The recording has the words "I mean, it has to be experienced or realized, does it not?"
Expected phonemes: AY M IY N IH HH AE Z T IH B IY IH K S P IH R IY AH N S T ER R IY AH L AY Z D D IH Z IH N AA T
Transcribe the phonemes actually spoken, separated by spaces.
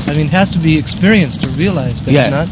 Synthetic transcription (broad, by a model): AY M IY N HH AE Z T IH B IY IH K S P IH R IY AH N S T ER R IY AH L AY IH Z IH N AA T